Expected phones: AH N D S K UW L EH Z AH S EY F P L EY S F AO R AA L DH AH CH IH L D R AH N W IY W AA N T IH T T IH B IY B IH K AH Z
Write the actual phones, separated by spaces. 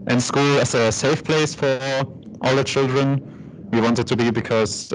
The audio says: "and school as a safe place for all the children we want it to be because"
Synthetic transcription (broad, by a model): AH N S K UW L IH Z AH S EY F P L EY S F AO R AA L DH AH CH IH L D R AH N W IY W AA N T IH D T IH B IY B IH K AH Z